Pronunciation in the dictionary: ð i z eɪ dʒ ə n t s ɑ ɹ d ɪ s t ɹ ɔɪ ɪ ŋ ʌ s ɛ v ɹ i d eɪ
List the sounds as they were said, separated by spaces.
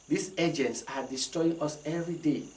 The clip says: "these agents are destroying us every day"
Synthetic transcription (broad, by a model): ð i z eɪ dʒ ə n t s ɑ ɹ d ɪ s t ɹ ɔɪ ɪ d ʌ s ɛ v ɹ i d eɪ